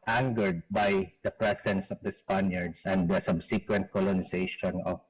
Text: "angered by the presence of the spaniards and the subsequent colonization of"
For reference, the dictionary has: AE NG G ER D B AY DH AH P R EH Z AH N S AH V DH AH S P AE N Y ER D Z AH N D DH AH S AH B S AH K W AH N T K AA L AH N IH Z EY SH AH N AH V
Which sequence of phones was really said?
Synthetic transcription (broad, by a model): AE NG G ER D B AY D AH P R EH S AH N S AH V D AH S P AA N Y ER D S AH N D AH S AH B S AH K W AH N T K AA L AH N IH S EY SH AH N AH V